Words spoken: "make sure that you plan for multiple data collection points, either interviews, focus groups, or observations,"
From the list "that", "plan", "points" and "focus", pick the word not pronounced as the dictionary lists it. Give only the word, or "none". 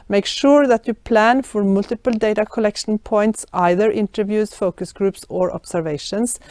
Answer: none